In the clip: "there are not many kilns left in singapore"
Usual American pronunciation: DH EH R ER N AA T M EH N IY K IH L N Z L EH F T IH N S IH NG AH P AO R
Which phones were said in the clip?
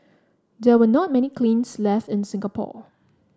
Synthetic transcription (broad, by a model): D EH W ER N AA T M EH N IY K L N S L EH F T IH N S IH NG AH P AO